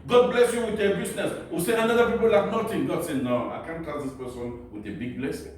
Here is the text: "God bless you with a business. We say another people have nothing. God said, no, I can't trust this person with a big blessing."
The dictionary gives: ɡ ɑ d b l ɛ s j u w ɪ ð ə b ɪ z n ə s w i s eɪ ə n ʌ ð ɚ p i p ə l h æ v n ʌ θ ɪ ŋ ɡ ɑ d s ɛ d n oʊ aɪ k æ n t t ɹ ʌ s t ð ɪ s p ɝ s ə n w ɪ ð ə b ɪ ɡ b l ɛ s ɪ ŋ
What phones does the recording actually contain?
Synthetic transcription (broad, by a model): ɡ ɑ d b l ɛ s j u w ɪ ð ə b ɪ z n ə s w i s eɪ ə n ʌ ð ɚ p i p ə l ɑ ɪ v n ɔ t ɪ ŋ ɡ ɑ d s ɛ n oʊ aɪ k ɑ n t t ɛ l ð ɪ s p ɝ s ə n w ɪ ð ə b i ɡ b l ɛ s